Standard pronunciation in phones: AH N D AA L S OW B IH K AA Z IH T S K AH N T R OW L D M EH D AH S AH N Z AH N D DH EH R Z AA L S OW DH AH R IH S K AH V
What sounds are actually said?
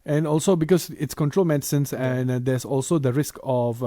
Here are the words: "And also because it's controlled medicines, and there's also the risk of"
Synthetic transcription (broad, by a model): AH N AA L S OW B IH K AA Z IH T S K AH N T R OW L M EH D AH S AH N S AH N D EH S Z AA L S OW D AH R IH S K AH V